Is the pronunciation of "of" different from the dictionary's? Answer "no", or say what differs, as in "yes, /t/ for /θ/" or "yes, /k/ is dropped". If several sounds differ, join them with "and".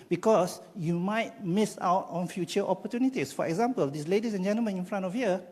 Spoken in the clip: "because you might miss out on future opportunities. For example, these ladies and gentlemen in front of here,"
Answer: yes, /f/ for /v/